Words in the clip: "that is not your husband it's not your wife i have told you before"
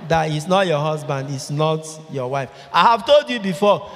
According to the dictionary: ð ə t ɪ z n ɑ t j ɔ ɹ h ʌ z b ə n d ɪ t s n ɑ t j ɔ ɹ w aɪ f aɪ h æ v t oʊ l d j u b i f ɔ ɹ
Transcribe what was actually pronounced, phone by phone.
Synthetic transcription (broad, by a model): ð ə t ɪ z n ɑ t j ɔ h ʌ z b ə n d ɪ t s n ɑ t j ɔ w aɪ f aɪ h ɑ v t oʊ l d j u b i f ɔ